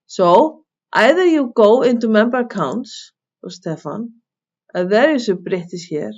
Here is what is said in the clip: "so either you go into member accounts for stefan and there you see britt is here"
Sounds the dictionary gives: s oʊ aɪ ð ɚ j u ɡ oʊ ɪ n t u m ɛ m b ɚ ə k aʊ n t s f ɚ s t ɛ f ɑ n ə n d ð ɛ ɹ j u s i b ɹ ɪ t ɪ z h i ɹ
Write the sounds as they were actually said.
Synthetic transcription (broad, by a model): s oʊ aɪ ð ɚ j u ɡ oʊ ɪ n t u m ɛ m b ɚ ə k aʊ n t s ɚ s t ɛ f ɑ n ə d ð ɛ ɹ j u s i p ɹ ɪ t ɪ s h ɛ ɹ